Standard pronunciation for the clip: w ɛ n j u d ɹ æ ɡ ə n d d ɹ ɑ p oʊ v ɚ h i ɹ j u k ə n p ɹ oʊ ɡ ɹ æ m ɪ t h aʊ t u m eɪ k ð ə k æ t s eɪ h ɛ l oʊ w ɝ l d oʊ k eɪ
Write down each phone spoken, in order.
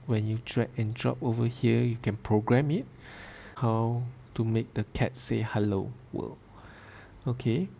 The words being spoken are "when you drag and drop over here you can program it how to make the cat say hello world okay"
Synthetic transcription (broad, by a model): w ɛ n j u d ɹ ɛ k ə n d d ɹ ɑ p oʊ v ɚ h i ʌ j u k ə n p ɹ oʊ ɡ ɹ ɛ m ɪ t h aʊ t u m eɪ k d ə k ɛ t s eɪ h ɛ l oʊ w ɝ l oʊ k eɪ